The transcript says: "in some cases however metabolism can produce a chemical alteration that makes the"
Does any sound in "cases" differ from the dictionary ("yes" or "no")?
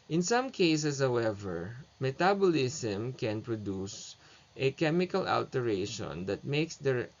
yes